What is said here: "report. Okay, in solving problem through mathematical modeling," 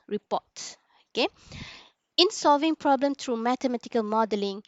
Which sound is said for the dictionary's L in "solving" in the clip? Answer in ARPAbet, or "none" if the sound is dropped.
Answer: L